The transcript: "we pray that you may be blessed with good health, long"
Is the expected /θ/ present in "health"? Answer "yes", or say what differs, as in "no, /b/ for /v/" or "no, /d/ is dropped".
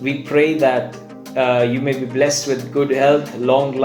no, /t/ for /θ/